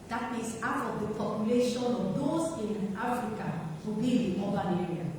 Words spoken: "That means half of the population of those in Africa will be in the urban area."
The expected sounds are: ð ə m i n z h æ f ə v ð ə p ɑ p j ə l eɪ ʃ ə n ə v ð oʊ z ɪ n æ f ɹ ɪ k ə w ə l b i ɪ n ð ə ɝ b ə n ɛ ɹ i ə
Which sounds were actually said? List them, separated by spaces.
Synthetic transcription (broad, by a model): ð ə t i z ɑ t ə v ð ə p ɑ p j ə l eɪ ʃ ə n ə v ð oʊ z ɪ n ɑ f ɹ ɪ k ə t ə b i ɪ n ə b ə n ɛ ɹ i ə